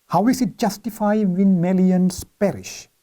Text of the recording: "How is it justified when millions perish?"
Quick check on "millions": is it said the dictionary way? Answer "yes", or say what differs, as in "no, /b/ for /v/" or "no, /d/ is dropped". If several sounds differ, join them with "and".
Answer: no, /s/ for /z/